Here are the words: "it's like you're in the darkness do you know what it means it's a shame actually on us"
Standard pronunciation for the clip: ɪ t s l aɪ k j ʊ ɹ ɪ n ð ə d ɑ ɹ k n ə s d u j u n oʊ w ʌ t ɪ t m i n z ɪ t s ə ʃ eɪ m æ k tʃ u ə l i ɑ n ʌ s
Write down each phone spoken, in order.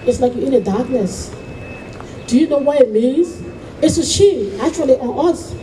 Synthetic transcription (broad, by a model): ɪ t s l aɪ k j ɪ n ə d ɑ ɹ k n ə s d u j u n oʊ w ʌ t ɪ t m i n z ɪ t s ə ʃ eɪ æ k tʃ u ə l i ɑ n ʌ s